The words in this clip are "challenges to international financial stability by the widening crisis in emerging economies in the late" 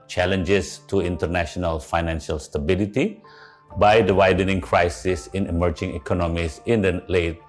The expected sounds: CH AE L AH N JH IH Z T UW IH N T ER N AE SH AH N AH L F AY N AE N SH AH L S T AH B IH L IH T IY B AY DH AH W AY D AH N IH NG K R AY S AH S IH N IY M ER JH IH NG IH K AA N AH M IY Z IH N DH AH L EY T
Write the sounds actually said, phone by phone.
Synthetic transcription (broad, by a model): CH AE L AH N JH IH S T UW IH N T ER N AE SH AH N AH L F AY N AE N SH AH L S T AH B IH L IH T IY B AY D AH W AY D AH N IH NG K R AY S AH S IH N IY M ER JH IH NG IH K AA N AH M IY S IH N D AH L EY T